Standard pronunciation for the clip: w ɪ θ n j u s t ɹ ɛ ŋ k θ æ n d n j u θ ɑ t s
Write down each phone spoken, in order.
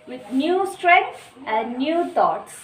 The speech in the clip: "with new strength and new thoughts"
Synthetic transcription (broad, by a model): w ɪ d n j u s t ɹ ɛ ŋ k s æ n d n j u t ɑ t s